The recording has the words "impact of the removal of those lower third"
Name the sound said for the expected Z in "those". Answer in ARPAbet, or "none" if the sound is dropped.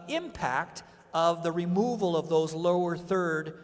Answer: Z